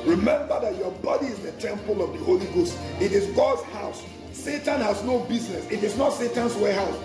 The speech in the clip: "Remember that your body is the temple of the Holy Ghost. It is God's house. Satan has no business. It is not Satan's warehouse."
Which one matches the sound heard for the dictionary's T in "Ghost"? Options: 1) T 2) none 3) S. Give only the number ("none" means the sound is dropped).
1